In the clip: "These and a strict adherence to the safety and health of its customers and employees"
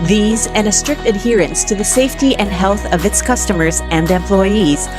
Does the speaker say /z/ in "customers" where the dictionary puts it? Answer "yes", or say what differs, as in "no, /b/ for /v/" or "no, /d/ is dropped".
yes